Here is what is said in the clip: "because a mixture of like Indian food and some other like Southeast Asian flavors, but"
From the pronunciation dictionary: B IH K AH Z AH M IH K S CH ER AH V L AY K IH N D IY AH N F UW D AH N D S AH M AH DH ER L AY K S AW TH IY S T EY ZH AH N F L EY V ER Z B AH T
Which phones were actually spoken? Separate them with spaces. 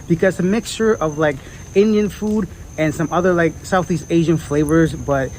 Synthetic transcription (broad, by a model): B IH K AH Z AH M IH K S CH ER AH V L AY K IH N D IY AH N F UW D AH N S AH M AH DH ER L AY K S AW TH IY S T EY ZH AH N F L EY V ER Z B AH T